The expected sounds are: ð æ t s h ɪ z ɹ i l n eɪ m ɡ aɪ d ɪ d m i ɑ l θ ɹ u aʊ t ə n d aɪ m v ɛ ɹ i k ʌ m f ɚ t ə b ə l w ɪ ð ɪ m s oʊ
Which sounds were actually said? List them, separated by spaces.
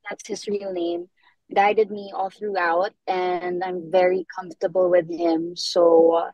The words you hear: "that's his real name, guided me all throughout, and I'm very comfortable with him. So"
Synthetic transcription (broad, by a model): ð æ t s h ɪ z ɹ i l n eɪ m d aɪ d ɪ d m i ɑ l θ ɹ u aʊ t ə n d aɪ m v ɛ ɹ i k ʌ m f t ə b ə l w ɪ ð ɪ m s oʊ